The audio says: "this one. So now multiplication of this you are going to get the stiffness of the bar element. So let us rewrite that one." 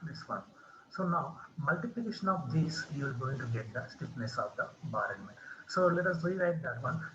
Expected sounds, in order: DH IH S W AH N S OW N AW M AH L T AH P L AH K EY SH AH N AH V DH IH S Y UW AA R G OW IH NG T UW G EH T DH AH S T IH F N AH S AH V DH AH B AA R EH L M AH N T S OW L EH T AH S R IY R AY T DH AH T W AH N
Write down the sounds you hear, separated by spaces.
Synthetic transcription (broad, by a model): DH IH S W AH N S OW N AW M AH L T AH P L AH K EY SH AH N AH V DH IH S Y UW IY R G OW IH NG T UW G EH T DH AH S T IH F N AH S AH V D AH B AA R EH N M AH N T S OW L EH T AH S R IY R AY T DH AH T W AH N